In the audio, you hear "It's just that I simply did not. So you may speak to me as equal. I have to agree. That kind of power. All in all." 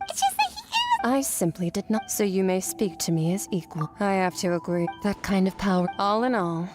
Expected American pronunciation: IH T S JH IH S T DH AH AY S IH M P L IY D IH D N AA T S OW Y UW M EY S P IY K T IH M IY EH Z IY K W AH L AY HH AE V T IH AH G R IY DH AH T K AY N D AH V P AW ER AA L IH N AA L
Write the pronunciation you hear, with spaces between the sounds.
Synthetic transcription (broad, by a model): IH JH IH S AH AY S IH M P L IY D IH D N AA T S OW Y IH M EY S P IY K T IH M IY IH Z IY K W AH L AY HH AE F T IH AH G R IY DH AH T K AY N D AH V P AW ER AA L IH N AA L